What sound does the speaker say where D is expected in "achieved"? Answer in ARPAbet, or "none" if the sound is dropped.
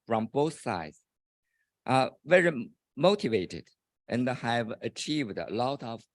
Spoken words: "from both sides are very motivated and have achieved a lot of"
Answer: D